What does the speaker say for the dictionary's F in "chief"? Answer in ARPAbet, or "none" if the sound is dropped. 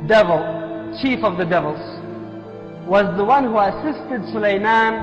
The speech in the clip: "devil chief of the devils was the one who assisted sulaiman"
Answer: F